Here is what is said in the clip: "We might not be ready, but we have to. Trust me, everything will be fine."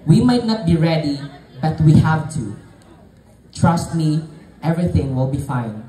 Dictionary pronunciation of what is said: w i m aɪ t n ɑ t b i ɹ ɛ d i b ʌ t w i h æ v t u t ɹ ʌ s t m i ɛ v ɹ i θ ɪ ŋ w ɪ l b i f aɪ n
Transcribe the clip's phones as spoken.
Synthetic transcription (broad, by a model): w i m aɪ t n ɑ t b i ɹ ɛ d i b ʌ t w i h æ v t u t ɹ ʌ s t m i ɛ v ɹ i θ ɪ ŋ w ɪ l b i f aɪ n